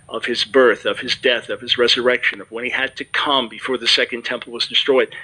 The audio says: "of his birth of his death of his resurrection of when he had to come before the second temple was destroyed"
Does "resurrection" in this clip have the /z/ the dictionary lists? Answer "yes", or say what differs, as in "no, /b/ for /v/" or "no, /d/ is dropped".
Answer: yes